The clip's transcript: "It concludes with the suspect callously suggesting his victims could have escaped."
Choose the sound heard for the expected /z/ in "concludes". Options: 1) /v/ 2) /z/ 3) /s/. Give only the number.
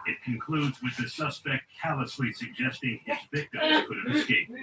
2